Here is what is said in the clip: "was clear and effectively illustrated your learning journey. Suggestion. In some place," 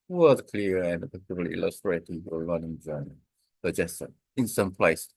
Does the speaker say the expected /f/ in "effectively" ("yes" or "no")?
no